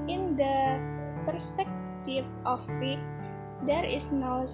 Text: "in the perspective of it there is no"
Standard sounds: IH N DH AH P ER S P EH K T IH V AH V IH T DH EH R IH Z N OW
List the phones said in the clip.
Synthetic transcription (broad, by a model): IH N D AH P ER S P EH K T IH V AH W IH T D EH R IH S N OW